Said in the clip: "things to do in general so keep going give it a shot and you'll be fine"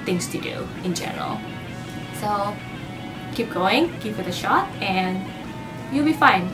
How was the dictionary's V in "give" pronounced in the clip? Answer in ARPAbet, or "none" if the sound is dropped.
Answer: F